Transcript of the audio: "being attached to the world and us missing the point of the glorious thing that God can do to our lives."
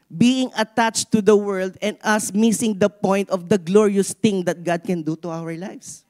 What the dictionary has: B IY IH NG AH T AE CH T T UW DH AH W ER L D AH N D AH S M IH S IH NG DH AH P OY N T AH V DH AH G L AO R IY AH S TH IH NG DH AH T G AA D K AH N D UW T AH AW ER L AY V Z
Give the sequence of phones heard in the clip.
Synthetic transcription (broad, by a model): B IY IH NG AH T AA CH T T UW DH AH W ER L D AH N D AH S M IH S IH NG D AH P OY N T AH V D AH G L AO R IY AH S T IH NG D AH T G AA D K AH N D UW T AH AW ER L AY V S